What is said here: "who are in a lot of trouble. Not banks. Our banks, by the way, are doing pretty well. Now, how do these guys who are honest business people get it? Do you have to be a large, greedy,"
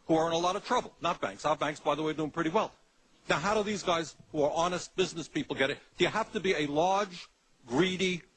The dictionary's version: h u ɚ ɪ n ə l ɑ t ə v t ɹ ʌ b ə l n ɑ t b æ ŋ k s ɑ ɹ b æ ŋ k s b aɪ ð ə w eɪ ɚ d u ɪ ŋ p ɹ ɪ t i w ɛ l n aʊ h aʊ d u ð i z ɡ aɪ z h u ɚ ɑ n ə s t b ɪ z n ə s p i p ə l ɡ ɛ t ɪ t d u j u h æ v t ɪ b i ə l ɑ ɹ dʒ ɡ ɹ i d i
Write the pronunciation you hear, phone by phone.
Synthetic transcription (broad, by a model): h u ɚ ɪ n ə l ɑ t ə v t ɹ ʌ b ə l n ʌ t b æ ŋ k s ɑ b æ ŋ k s b aɪ ð ə w eɪ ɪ d u ɪ ŋ p ɹ ɪ t i w ɛ l n aʊ h aʊ d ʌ ð i z ɡ aɪ z h u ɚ ɑ n ə s t b ɪ z n ə s p i p l ɡ ɛ t ɪ t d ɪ j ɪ h æ f t ɪ b i ə l ɑ ɹ dʒ ɡ ɹ i d i